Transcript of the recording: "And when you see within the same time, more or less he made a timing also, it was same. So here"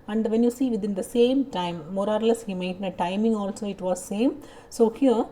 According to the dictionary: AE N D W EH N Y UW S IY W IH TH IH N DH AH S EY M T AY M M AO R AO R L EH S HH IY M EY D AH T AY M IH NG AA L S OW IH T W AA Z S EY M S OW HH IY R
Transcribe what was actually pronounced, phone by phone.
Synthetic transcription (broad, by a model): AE N D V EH N Y UW S IY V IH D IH N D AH S EY M T AY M M AO R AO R L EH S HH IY M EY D AH T AY M IH NG AA L S OW IH T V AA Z S EY M S OW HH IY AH